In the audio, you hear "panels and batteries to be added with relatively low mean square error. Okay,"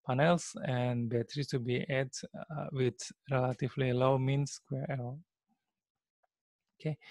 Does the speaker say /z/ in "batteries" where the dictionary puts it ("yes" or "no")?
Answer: no